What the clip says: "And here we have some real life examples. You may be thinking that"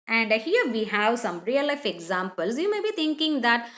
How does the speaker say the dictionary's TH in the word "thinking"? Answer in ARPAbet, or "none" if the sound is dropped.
T